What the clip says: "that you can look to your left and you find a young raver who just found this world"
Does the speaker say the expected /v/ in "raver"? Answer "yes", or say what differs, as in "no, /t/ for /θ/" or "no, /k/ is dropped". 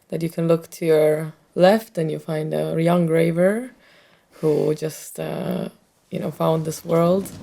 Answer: yes